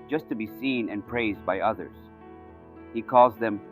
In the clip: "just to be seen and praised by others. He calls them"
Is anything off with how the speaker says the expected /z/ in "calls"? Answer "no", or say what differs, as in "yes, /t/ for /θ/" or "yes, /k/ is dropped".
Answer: no